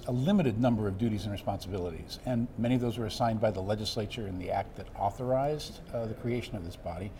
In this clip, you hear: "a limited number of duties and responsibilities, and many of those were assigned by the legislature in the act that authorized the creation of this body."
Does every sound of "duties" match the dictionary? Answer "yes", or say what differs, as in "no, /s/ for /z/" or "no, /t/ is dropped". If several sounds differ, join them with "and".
yes